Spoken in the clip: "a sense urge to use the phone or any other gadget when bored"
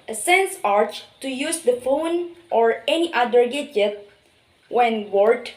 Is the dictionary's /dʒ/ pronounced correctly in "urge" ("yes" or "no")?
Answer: no